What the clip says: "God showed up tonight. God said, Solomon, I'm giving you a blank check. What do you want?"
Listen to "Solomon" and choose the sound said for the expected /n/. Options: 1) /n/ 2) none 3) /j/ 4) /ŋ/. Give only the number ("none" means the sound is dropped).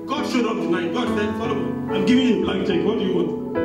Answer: 2